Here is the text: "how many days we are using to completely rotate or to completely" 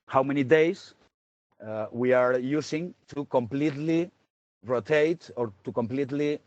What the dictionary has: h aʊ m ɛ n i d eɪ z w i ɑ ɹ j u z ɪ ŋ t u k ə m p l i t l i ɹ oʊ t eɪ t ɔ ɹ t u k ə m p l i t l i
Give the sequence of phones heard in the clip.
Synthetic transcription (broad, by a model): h aʊ m ɛ n i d eɪ s w i ɑ ɹ j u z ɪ ŋ t u k ə m p l i t l i ɹ oʊ t eɪ t ɔ ɹ t u k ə m p l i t l i